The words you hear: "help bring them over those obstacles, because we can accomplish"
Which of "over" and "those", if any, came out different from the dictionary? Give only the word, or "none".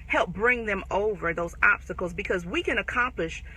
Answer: none